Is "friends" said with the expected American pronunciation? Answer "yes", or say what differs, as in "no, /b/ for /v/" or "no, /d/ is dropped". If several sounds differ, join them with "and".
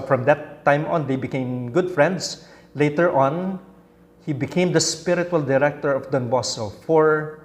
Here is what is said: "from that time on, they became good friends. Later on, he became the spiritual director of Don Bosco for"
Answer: no, /s/ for /z/